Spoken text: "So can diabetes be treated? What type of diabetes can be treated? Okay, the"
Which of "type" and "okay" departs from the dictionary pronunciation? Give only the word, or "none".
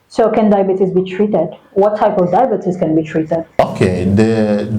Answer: none